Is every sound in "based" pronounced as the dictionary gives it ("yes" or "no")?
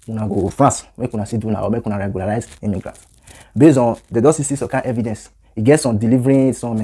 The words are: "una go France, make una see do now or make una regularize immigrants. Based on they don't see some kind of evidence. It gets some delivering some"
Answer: no